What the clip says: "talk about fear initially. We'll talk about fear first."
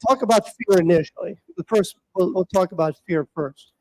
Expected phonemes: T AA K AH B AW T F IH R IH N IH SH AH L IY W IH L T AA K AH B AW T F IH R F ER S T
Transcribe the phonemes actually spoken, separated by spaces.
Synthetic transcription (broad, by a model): T AA K AH B AW T F IH R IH N IH SH AH W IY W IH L T AA K AH B AW T F IH R F ER S T